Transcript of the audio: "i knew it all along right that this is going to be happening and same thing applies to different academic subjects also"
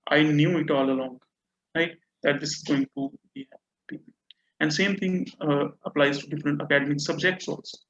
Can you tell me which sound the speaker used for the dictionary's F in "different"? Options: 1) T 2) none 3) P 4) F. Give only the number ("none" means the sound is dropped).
4